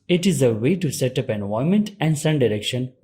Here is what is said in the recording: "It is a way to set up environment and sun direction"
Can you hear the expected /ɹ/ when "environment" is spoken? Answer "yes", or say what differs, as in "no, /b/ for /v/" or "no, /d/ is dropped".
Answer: no, /ɹ/ is dropped